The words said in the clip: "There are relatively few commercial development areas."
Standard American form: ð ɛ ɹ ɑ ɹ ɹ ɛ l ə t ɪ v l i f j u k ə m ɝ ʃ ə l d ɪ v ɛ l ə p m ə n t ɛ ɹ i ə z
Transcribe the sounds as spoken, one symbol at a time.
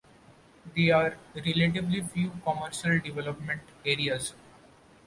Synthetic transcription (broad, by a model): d ɛ ɑ ɹ ɹ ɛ l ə t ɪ b l i f j u k ə m ɝ ʃ ə l d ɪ v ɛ l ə p m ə n t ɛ ɹ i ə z